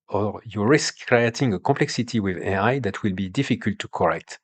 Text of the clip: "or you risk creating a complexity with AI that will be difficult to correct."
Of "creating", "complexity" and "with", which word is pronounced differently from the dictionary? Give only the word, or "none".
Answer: complexity